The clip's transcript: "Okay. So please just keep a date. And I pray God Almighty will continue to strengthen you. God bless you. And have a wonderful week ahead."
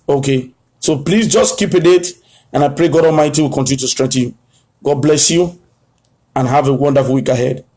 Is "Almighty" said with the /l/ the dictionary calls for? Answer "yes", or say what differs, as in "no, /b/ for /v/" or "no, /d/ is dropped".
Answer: yes